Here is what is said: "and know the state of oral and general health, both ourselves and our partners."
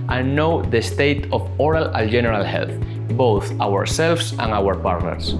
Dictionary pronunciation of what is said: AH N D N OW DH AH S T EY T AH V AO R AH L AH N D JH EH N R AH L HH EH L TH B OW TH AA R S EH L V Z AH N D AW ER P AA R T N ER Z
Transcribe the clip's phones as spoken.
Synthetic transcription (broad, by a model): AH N N OW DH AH S T EY T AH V AO R AH L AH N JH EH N R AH L HH EH L TH B OW TH AA R S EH L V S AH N AW ER P AA R T N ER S